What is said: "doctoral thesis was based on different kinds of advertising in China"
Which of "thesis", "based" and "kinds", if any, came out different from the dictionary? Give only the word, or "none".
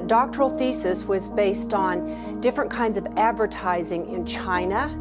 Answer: none